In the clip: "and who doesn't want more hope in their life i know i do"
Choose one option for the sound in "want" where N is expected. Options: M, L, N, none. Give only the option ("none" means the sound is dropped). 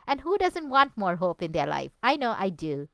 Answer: N